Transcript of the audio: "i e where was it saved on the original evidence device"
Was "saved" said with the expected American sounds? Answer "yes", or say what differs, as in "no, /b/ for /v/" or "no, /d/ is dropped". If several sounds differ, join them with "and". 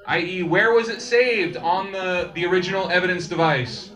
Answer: yes